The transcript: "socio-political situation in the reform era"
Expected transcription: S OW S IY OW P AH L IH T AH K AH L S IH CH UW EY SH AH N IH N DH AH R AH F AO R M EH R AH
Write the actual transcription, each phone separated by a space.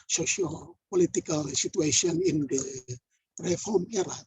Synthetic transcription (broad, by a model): S OW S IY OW P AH L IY T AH K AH L S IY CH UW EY S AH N IH N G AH R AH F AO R M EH R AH